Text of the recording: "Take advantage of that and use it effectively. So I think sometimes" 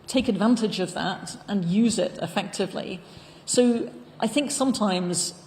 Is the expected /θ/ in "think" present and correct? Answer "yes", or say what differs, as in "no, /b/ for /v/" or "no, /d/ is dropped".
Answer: yes